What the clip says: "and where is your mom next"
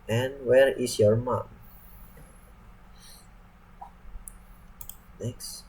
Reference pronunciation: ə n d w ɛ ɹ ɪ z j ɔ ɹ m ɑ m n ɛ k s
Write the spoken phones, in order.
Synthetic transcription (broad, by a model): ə n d w ɛ ɹ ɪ s j ɔ ɹ m ɑ m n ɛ k s